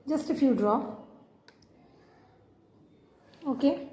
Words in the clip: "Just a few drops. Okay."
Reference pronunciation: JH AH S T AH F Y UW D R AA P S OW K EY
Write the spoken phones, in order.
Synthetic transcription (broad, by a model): JH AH S T AH F Y UW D R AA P OW K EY